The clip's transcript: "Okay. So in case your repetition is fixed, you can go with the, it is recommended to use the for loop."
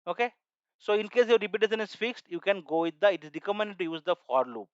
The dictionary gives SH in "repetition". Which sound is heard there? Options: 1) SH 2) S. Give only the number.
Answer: 2